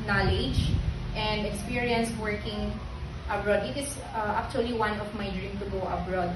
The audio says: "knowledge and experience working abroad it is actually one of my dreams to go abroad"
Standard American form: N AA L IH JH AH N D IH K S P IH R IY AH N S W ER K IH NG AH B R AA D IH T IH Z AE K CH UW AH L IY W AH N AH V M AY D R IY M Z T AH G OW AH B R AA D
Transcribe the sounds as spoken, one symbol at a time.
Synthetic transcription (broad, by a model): N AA L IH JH AH N D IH K S P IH R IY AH N S W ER K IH NG AH B R AA D IH T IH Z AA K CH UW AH L IY W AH N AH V M AY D R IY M T AH G OW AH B R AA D